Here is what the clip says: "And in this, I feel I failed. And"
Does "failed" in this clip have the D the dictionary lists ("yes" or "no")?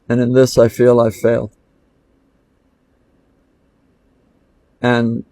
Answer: no